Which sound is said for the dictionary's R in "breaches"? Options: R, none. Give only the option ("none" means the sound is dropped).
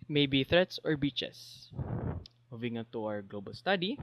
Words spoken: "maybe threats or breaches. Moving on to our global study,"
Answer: none